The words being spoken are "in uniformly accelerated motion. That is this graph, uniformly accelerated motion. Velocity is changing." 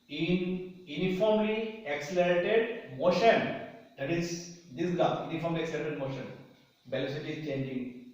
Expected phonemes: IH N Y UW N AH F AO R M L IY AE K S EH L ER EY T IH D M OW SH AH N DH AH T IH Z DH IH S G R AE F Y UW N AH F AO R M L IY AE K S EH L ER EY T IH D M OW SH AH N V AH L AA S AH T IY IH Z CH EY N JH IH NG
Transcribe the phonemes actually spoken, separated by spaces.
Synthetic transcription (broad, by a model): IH N Y UW N AH F AO R M L IY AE K S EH L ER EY T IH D M OW SH AH N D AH T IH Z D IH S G AA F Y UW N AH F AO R M L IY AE K S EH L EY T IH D M OW SH AH N B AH L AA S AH T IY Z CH EY N JH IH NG